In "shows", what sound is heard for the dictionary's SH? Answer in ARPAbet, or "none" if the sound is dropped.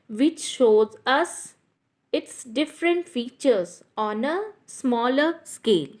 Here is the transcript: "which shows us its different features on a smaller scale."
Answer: SH